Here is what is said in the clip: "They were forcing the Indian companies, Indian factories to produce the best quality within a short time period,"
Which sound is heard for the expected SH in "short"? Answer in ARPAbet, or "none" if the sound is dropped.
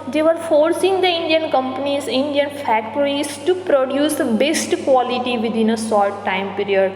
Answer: S